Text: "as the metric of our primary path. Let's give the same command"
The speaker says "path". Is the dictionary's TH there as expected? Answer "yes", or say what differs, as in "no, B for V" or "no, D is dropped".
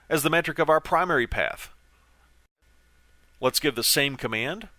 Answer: yes